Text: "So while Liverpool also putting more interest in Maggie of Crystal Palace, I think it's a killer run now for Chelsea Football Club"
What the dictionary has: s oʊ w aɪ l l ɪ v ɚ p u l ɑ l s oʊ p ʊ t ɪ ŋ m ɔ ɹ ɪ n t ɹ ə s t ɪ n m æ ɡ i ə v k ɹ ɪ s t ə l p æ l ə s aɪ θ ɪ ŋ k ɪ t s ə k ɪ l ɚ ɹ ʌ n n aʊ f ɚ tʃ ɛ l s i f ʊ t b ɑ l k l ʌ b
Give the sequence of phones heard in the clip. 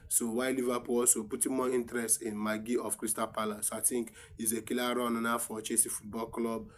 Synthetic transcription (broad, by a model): s oʊ w aɪ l l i v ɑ p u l ɑ l s oʊ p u t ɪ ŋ m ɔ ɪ n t ɹ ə s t ɪ n m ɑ ɡ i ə f k ɹ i s t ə p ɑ l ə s aɪ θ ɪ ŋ k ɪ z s ə k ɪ l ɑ ɹ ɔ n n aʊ f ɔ tʃ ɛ s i f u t b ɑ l k l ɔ b